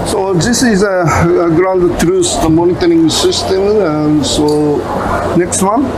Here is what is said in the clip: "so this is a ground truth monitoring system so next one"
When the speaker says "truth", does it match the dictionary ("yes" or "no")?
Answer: no